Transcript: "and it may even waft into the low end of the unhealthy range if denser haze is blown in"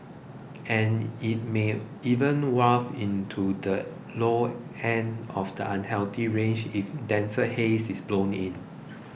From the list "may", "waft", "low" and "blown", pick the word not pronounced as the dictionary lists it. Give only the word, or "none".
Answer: waft